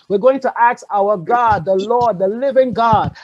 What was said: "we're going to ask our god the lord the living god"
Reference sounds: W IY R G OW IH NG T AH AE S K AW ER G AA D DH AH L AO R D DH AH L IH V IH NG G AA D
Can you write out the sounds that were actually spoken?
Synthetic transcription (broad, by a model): W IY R G OW IH NG T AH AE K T AW ER G AA D DH AH L AO R D DH AH L IH V IH NG G AA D